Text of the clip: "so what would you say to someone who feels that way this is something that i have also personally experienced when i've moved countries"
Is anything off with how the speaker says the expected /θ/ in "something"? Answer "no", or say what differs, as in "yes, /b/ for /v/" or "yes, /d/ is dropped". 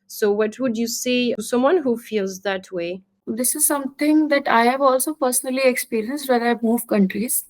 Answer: yes, /t/ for /θ/